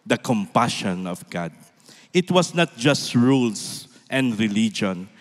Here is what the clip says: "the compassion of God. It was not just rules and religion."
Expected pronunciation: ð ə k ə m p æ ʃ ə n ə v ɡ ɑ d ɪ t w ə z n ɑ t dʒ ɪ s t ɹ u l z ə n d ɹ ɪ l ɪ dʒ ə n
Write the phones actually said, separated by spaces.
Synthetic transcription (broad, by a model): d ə k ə m p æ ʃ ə n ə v ɡ ɑ d ɪ t w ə s n ɑ t dʒ ɪ s t ɹ u l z ə n d ɹ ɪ l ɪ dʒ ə n